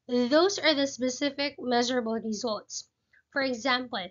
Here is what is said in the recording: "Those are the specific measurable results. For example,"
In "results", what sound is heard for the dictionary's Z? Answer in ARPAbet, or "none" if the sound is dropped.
Z